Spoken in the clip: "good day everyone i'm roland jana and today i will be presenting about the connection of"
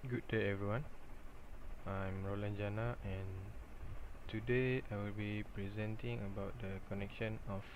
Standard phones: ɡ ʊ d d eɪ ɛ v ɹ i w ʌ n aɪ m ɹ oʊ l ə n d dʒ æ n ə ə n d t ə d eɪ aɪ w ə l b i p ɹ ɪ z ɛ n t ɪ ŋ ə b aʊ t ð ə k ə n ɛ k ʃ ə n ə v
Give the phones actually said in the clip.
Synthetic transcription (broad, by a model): ɡ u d d eɪ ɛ v ɹ i w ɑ n aɪ m ɹ oʊ l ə n dʒ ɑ n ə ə n t ə d eɪ aɪ w ə l b i p ɹ ɪ z ɛ n t ɪ ŋ ə b aʊ t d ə k ə n ɛ k ʃ ə n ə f